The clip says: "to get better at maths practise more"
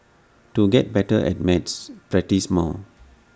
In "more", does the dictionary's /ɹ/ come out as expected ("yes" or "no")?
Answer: no